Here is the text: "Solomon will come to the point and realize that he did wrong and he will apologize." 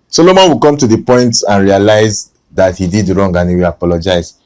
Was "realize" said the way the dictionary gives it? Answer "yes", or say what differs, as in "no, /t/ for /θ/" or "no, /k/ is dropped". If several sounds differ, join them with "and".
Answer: yes